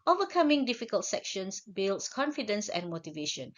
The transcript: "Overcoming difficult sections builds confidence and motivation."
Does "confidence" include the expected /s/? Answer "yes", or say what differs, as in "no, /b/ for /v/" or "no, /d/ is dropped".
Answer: yes